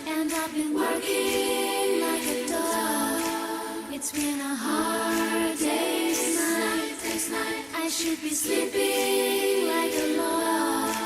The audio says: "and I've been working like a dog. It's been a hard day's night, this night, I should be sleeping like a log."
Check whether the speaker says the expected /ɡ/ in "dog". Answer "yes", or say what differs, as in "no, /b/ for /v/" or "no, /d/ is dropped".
no, /ɡ/ is dropped